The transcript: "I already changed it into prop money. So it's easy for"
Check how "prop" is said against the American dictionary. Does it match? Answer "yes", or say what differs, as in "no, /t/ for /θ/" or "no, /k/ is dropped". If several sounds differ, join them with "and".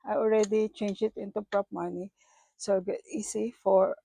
yes